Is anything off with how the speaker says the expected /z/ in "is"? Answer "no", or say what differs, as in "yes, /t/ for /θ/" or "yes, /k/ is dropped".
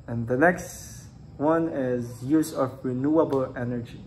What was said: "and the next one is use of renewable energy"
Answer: no